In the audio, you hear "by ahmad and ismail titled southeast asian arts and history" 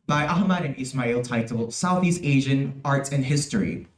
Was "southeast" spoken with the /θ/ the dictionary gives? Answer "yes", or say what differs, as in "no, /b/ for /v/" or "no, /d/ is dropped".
yes